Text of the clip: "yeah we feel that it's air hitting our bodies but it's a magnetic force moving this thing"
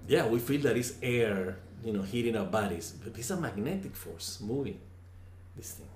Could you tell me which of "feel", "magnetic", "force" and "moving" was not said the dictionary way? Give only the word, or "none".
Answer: none